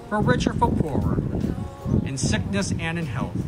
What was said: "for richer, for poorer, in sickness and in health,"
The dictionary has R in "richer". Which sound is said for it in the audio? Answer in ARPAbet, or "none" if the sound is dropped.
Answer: R